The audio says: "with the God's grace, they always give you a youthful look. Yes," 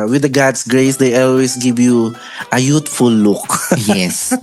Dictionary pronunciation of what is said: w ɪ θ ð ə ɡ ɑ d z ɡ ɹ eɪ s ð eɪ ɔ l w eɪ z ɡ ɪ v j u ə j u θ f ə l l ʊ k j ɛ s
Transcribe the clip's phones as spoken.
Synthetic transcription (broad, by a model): w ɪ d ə ɡ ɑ d s ɡ ɹ eɪ s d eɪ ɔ l w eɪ s ɡ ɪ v j u ə j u t f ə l l ʊ k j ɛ s